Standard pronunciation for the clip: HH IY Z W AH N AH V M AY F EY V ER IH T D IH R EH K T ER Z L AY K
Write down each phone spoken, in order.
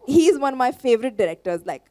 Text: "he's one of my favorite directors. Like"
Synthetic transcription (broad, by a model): HH IY Z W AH N AH V M AY F EY V ER IH T D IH R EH K T ER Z L AY K